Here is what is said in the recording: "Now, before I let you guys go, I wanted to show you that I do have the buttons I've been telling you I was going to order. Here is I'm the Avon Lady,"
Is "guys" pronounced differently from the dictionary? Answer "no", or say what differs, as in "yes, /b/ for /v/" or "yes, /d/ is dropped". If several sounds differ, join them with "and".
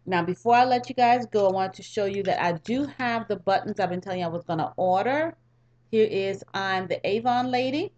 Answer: no